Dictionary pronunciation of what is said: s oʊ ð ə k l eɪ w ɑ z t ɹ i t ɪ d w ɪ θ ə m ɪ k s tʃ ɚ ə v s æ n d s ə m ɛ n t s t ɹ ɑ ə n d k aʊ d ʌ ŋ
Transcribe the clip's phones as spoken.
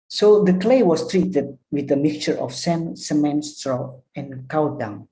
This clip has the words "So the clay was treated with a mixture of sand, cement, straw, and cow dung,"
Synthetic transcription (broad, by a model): s oʊ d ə k l eɪ w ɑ s t ɹ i t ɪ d w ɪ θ ə m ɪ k tʃ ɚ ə f s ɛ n s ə m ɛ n s t ɹ ɑ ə n k aʊ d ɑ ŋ